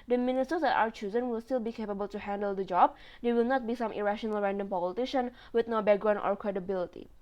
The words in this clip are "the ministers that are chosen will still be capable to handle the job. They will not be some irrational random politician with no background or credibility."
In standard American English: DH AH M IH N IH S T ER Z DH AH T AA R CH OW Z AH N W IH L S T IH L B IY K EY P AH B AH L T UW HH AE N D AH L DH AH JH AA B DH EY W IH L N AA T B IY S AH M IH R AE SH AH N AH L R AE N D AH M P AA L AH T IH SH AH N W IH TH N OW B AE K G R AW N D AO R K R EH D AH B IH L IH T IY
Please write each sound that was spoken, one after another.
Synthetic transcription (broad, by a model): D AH M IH N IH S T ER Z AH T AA W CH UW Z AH N W IH L S T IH L B IY K EY P AH B AH L T UW HH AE N D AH L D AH JH AA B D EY W IH L N AA T B IY S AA M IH R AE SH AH N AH L R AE N D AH M P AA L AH T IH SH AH N W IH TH N OW B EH G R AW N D AO R K R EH D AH B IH L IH T IY